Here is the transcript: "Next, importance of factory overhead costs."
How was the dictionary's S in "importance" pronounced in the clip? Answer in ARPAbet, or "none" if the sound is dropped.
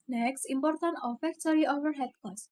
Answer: none